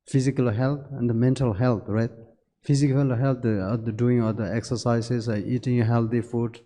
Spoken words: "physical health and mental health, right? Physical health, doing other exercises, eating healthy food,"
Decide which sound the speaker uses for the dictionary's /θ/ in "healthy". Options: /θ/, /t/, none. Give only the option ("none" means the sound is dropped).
/t/